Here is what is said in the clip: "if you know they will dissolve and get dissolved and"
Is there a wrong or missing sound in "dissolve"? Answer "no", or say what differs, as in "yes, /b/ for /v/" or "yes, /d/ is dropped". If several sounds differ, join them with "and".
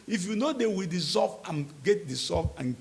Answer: yes, /l/ is dropped